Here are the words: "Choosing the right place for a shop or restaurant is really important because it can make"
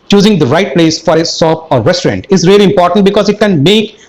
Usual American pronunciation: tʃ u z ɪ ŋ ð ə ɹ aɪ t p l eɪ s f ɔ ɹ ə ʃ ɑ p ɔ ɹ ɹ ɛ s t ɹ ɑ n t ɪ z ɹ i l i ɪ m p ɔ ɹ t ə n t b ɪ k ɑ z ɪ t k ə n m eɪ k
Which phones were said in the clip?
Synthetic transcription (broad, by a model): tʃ u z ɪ ŋ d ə ɹ aɪ t p l eɪ s f ɔ ɹ ə s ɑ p ɔ ɹ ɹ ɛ s t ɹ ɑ n t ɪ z ɹ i l i ɪ m p ɔ ɹ t ə n t b ɪ k ɑ z ɪ t k ə n m eɪ k